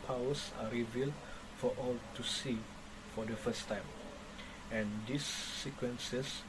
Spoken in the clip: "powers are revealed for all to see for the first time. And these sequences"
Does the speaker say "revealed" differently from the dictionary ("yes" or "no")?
no